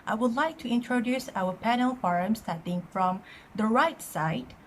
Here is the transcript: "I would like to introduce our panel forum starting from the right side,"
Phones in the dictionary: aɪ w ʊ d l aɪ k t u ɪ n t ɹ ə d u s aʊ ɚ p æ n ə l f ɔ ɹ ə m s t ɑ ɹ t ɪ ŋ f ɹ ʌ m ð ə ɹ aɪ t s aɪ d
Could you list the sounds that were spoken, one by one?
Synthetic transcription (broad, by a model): aɪ w ʊ d l aɪ k t u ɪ n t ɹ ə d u s aʊ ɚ p æ n ə l f ɔ ɹ ə m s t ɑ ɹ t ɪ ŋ f ɹ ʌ m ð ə ɹ aɪ t s aɪ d